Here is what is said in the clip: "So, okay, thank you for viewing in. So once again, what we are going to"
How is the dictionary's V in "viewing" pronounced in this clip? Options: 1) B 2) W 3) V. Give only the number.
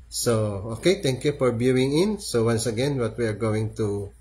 1